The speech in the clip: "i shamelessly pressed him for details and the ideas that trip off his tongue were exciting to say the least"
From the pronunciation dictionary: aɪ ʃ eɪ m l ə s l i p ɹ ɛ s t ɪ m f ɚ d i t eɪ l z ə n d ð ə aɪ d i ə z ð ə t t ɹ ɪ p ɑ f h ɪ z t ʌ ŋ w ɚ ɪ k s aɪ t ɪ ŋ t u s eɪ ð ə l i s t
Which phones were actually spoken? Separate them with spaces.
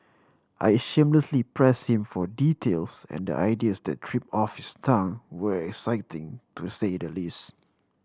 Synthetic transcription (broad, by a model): aɪ ʃ eɪ m l ə s l i p ɹ ɛ s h ɪ m f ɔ d i t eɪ l s ə n d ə aɪ d i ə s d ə t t ɹ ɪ p ɑ f h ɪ s t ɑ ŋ w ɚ ɪ k s aɪ t ɪ ŋ t u s eɪ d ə l i s t